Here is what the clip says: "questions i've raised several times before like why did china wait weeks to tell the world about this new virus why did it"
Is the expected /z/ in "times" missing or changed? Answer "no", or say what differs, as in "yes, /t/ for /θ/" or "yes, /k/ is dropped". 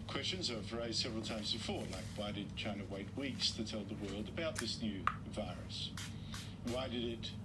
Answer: no